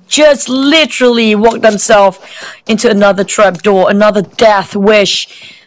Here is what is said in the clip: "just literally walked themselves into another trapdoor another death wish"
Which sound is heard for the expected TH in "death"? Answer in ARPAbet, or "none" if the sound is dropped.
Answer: TH